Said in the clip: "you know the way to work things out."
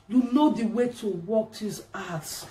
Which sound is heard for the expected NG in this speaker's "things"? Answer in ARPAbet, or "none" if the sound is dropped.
none